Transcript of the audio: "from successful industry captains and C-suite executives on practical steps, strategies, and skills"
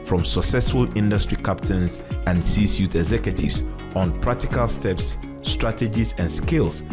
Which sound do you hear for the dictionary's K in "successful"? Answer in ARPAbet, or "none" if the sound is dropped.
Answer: K